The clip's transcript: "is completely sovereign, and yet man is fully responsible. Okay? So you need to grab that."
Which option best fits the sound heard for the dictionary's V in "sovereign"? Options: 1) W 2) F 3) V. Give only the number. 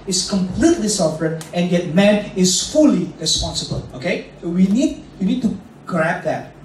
2